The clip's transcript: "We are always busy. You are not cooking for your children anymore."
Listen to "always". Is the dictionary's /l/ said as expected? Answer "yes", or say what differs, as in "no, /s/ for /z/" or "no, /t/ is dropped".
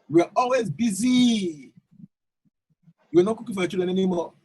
yes